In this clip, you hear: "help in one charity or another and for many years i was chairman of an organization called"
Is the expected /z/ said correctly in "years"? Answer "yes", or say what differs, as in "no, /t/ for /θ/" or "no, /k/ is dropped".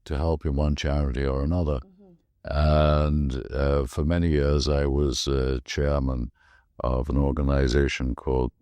yes